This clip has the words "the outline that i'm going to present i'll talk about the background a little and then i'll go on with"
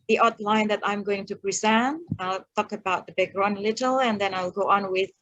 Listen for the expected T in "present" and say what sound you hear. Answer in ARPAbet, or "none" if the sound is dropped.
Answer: none